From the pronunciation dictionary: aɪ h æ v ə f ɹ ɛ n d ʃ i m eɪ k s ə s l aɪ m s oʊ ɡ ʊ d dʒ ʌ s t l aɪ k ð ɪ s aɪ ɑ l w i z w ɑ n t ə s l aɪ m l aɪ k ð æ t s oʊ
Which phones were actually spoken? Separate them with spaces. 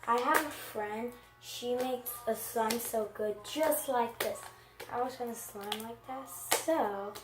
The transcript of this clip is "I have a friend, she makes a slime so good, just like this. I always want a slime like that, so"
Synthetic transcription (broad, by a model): aɪ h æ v ə f ɹ ɛ n d ʃ i m eɪ k s ə s l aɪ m s oʊ ɡ ʊ d dʒ ʌ s t l aɪ k ð ɪ s aɪ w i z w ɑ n ə s l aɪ m l aɪ k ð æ t s oʊ